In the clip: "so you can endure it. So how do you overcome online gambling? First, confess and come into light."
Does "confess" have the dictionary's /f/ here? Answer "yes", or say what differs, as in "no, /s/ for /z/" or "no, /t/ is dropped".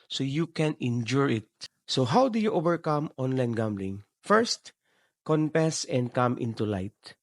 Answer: no, /p/ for /f/